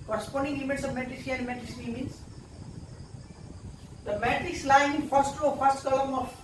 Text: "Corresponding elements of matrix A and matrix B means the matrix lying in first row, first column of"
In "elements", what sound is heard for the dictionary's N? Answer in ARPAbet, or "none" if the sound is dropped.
none